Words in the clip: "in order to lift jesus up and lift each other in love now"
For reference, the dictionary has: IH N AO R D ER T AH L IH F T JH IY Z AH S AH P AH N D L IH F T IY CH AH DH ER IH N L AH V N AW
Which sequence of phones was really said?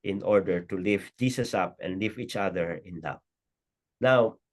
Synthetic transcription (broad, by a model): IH N AO R D ER T AH L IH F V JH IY S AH S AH P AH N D L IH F IY CH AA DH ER IH N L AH P N AW